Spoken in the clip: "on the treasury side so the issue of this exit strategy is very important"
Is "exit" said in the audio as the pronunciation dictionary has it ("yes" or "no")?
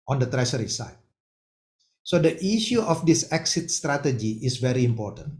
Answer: yes